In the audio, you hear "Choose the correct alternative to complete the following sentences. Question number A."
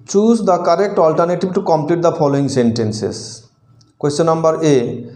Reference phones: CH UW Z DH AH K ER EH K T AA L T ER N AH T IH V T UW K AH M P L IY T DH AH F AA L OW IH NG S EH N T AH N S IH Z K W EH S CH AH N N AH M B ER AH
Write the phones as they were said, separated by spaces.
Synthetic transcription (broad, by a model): CH UW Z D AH K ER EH K T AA L T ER N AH T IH B T UW K AH M P L IY T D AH F AA L OW IH NG S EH N T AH N S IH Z K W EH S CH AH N N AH M B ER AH